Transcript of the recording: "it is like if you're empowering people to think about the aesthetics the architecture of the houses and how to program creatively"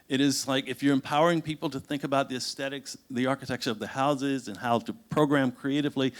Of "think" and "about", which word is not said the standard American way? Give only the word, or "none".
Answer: none